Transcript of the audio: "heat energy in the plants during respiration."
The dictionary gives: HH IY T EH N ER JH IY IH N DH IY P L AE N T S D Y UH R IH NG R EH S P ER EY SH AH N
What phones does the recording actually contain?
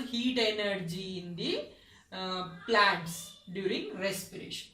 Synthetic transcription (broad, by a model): HH IY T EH N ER JH IY N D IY P L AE T S D Y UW R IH NG R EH S P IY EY SH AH N